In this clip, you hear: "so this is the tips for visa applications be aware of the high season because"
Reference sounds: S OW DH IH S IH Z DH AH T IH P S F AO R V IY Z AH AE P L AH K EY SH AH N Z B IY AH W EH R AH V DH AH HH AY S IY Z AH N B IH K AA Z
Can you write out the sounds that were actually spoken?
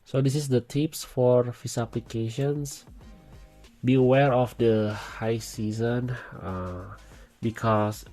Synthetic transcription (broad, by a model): S OW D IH S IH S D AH T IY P S F AO R F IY S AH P L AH K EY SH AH N S B IY AH W EH R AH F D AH HH AY S IY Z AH N B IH K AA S